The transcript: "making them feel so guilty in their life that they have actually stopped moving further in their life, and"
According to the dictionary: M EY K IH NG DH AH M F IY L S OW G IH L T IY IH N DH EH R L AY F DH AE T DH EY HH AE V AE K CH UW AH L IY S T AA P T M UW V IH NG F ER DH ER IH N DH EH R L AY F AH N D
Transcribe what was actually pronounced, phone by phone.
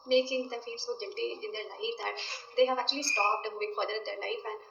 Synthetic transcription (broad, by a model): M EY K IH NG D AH F IY L S OW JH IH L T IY IH N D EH R L AY F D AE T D EY HH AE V AE K CH UW AH L IY S T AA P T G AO IH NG F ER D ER IH N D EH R L AY F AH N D